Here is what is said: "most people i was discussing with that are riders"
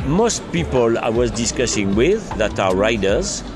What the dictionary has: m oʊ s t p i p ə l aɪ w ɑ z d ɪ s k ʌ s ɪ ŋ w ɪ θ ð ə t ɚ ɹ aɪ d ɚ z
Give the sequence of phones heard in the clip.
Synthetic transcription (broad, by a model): m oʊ s t p i p ə l aɪ w ɑ z d ɪ s k ʌ s ɪ ŋ w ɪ ð ə t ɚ ɹ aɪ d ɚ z